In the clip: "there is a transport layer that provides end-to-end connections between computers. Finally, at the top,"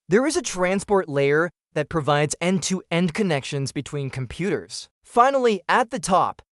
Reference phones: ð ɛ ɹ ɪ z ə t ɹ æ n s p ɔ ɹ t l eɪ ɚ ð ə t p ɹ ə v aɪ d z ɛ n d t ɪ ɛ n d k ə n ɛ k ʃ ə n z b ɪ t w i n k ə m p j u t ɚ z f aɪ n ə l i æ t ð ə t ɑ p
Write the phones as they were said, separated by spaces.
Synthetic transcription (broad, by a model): ð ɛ ɹ ɪ z ə t ɹ æ n s p ɔ ɹ t l eɪ ɚ ð ə t p ɹ ə v aɪ d z ɛ n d t ɪ ɛ n d k ə n ɛ k ʃ ə n z b ɪ t w i n k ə m p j u t ɚ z f aɪ n l i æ t ð ə t ɑ p